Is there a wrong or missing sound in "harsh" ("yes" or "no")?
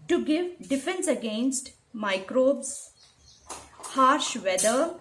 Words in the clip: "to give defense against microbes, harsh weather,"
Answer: no